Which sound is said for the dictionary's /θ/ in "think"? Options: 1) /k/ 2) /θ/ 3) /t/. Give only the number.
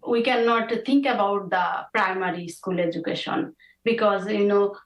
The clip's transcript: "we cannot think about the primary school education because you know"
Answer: 3